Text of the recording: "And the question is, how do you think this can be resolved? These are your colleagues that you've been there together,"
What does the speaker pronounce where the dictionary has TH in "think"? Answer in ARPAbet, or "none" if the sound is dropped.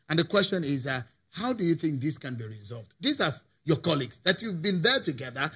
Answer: TH